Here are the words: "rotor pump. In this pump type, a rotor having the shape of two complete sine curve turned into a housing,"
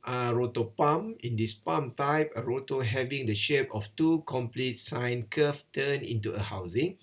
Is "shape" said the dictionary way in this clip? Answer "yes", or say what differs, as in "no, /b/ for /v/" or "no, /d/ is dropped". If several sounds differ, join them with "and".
yes